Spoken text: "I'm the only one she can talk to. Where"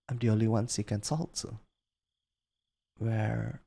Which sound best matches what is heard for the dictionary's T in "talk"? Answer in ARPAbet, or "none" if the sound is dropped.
S